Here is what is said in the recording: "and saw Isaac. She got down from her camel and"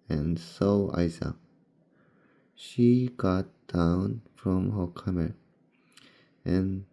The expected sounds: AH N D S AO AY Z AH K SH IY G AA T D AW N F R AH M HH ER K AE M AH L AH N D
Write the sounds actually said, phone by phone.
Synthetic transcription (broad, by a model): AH N S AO AY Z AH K SH IY G AA T D AW N F R AH M HH ER K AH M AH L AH N